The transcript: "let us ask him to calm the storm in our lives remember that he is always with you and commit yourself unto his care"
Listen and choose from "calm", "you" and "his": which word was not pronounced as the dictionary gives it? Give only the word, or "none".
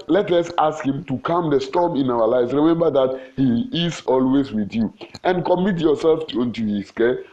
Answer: his